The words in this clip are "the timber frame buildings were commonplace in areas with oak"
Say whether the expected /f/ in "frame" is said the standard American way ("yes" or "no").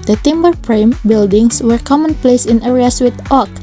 no